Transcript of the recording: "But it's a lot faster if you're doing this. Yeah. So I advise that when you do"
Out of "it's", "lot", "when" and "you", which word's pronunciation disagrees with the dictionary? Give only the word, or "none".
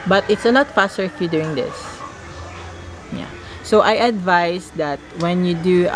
lot